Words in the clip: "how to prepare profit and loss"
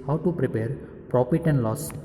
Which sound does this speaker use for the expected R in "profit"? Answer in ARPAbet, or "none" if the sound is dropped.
R